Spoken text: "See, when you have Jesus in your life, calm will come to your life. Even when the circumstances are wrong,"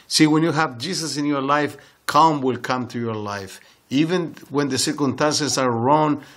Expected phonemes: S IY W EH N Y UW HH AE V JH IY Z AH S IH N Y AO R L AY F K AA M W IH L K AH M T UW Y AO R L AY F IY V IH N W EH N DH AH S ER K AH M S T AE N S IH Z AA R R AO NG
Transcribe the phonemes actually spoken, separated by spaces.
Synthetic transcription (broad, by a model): S IY W EH N Y UW HH AE V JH IY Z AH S IH N Y AO R L AY F K AA M W IH L K AH M T UW Y AO R L AY F IY V IH N W EH N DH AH S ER K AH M S T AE N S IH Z AA R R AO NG